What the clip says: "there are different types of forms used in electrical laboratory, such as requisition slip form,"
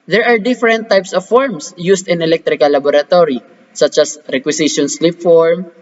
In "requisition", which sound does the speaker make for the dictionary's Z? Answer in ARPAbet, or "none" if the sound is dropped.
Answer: S